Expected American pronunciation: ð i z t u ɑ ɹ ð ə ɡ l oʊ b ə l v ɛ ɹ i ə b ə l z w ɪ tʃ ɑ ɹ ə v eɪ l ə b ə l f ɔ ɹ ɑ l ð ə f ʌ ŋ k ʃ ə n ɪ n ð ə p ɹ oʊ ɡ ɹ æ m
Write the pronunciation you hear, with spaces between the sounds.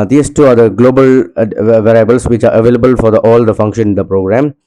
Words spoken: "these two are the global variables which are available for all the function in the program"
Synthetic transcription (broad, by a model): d i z t u ɑ ɹ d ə ɡ l oʊ b ə l v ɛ ɹ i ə b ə l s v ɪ tʃ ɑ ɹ ə v eɪ l ə b ə l f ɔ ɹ ɑ l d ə f ʌ ŋ k ʃ ə n ɪ n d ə p ɹ oʊ ɡ ɹ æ m